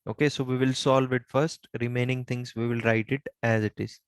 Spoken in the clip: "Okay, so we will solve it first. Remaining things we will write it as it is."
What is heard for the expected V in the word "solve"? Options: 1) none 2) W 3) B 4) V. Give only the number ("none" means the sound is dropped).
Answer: 4